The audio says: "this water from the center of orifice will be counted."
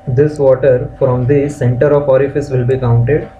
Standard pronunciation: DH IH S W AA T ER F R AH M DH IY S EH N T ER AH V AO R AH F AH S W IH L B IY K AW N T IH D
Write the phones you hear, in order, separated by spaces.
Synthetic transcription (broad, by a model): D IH S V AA T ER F R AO M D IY S EH N T ER AH V AO R AH F AH S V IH L B IY K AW N T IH D